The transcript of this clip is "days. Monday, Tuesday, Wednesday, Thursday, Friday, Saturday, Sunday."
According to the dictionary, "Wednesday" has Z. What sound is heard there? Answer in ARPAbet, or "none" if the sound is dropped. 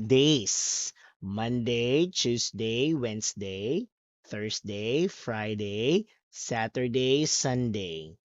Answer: S